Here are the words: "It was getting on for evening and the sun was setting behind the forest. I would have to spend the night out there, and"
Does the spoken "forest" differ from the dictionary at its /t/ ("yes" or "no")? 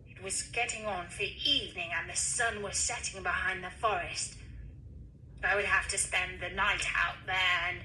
no